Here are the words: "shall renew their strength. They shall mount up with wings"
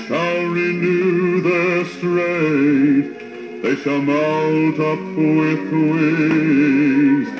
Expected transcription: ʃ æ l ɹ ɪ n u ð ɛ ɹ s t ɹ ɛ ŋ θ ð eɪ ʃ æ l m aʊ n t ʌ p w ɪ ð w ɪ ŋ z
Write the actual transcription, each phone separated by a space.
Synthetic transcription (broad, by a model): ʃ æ l ɹ ɪ n u ð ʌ ɹ s t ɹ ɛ ð eɪ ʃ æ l m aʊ l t ʌ p w ɪ ð w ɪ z